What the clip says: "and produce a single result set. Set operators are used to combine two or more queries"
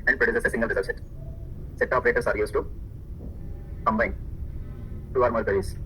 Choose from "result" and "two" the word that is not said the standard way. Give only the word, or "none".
result